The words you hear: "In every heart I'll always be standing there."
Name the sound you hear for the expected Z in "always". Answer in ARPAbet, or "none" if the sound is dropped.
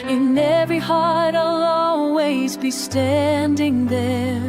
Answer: Z